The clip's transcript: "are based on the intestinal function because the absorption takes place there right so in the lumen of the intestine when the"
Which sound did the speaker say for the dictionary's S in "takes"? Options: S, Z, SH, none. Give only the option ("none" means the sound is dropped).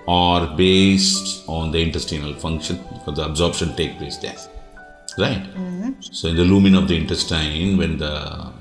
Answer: none